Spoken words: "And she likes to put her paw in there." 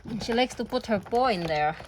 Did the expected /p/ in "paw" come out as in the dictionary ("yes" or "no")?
no